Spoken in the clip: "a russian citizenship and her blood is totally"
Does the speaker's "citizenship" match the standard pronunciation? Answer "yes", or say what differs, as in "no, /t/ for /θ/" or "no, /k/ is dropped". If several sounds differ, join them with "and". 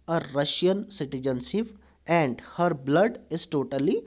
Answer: no, /s/ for /ʃ/